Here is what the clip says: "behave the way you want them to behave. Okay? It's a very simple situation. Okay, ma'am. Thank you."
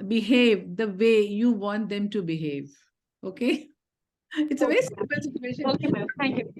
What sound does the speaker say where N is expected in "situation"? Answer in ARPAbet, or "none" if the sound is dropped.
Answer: none